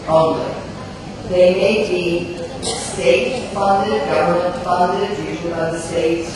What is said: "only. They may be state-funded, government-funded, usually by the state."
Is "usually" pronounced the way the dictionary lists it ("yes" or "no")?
no